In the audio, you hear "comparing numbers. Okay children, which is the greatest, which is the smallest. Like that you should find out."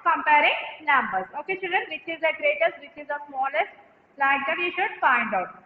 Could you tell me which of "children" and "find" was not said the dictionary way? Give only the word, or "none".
children